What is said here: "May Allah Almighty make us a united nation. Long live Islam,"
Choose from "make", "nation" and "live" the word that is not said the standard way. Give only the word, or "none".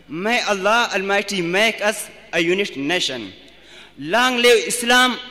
live